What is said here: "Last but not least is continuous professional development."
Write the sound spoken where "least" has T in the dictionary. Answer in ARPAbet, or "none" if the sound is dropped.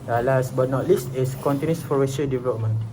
T